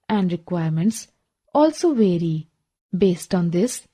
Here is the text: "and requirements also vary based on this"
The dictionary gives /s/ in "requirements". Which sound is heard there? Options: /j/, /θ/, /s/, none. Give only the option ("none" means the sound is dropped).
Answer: /s/